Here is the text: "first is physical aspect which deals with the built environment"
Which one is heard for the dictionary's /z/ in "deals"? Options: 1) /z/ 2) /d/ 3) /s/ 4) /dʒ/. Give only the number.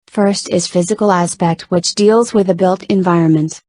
1